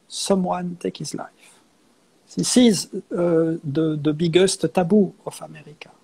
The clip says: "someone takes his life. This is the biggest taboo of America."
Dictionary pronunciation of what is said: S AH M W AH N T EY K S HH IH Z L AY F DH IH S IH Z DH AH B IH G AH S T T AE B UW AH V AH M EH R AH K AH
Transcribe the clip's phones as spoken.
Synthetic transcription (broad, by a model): S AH M W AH N T EY K HH IH Z L AY F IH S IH Z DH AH B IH G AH S T T AE B UW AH F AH M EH R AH K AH